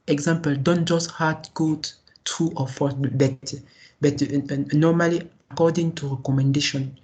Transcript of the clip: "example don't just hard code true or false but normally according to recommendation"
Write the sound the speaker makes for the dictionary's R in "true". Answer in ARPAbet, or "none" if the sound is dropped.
none